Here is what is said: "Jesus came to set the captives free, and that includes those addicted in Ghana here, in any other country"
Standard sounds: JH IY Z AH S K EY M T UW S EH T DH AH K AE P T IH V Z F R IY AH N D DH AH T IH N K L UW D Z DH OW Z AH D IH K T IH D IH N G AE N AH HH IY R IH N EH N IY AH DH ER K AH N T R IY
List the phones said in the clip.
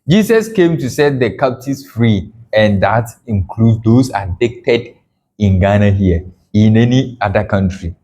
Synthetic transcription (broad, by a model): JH IY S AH S K EY M T UW S EH T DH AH K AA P T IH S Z F R IY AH N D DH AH T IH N K L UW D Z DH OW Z AH D IH K T IH D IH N G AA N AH HH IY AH IH N EH N IY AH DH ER K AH N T R IY